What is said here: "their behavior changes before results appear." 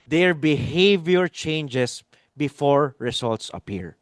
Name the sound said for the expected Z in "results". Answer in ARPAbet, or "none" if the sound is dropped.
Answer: S